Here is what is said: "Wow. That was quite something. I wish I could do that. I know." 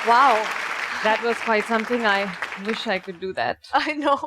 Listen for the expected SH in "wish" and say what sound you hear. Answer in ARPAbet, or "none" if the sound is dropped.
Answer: SH